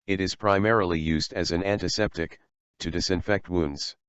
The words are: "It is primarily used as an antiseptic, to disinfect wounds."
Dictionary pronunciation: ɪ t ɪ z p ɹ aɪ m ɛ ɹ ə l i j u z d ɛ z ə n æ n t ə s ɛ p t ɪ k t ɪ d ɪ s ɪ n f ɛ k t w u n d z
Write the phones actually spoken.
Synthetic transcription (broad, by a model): ɪ t ɪ z p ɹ aɪ m ɛ ɹ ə l i j u z d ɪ z ə n æ n t ə s ɛ p t ɪ k t ɪ d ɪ s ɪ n f ɛ k t w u n d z